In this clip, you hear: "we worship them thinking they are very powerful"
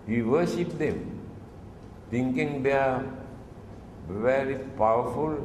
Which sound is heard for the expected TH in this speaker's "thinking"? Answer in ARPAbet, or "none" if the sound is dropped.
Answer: T